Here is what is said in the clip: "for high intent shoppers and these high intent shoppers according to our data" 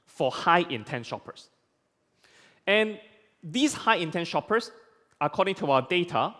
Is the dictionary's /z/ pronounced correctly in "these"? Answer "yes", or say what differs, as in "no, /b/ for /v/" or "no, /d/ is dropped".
no, /s/ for /z/